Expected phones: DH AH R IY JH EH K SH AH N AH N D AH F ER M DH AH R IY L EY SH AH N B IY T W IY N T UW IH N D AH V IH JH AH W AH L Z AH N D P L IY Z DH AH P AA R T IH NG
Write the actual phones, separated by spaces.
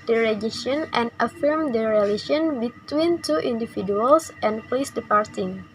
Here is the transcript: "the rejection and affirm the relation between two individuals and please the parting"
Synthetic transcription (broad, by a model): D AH R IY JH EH SH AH N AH N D AH F ER M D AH R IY L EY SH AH N B IY T W IY N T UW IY N D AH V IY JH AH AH L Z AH N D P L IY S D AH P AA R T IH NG